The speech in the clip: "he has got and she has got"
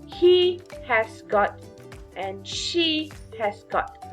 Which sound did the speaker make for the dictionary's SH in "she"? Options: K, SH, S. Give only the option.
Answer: SH